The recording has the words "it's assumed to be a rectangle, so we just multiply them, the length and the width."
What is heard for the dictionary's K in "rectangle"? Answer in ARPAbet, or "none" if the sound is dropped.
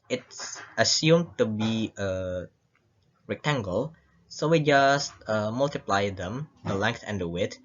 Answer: K